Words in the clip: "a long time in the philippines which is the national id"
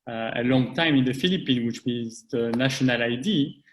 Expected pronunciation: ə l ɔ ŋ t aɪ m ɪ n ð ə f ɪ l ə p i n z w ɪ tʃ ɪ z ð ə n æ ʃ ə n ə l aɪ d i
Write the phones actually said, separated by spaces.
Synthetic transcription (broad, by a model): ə l ɔ ŋ t aɪ m ɪ n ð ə f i l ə p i n w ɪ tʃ ɪ z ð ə n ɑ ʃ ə n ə l aɪ d i